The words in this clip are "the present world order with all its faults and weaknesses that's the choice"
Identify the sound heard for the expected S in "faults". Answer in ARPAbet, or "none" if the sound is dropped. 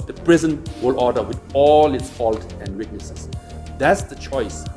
none